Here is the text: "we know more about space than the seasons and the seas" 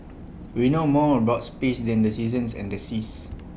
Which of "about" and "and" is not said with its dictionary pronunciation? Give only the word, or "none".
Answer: about